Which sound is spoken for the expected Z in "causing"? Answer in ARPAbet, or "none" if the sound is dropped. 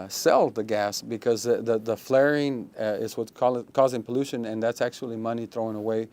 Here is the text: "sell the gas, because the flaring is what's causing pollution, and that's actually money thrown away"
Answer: Z